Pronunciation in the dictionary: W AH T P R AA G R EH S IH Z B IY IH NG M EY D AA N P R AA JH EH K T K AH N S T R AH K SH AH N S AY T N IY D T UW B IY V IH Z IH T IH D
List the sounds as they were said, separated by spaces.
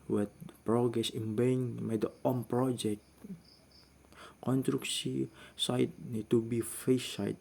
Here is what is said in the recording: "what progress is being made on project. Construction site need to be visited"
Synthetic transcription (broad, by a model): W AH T P R AA G R EH S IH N B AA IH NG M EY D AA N P R AA JH EH K T K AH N T R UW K S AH S AY T N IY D T UW B IY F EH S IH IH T